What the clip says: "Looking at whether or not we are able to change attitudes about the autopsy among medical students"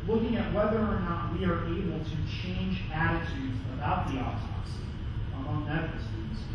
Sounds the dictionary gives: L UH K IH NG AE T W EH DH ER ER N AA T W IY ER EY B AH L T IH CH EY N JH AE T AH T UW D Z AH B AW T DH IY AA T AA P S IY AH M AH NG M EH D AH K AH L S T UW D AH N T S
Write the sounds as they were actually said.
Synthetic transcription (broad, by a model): L UH K IH NG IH T W EH DH ER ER N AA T W IY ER EY B L T IH CH EY N JH AE T AH T UW D Z AH B AW T DH IY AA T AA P S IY AH M AH NG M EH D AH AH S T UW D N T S